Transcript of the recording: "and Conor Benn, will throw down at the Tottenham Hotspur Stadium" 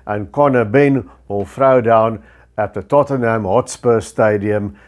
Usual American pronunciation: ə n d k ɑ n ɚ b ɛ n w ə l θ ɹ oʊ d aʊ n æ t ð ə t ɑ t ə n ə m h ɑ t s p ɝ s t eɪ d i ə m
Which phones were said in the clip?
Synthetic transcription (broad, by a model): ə n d k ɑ n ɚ b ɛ n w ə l f ɹ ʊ d aʊ n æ t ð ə t ɑ t ə n ə m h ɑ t s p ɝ s t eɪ d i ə m